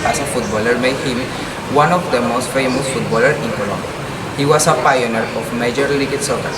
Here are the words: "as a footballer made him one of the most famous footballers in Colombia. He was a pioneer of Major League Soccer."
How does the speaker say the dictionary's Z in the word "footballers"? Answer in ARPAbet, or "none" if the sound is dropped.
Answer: none